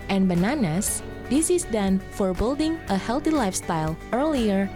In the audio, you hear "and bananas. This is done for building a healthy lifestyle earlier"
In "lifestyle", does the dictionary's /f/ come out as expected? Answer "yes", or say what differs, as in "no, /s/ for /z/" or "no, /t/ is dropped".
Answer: yes